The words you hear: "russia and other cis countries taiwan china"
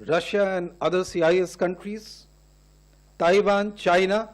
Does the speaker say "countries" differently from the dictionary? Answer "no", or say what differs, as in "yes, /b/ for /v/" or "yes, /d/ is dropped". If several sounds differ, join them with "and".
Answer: no